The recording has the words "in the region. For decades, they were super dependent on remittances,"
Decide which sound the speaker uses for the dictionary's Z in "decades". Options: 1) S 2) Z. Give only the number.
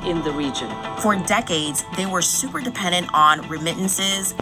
2